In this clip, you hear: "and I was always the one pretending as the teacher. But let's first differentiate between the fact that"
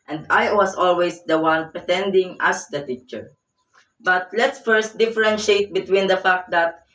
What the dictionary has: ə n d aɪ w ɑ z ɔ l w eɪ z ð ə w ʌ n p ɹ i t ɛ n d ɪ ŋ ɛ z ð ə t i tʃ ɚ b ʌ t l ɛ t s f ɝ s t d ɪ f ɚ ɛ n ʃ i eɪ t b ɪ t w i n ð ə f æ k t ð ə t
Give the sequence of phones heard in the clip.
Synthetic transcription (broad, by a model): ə n d aɪ w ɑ s ɔ l w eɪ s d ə w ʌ n p ɹ i t ɛ n d ɪ ŋ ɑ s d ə t i tʃ ɚ b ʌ t l ɛ t s f ɝ s t d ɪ f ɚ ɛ n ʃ eɪ t b ɪ t w i n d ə f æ k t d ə t